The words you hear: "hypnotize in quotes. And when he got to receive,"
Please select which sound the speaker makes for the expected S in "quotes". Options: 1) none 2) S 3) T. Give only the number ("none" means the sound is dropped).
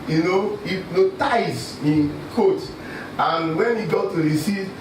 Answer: 1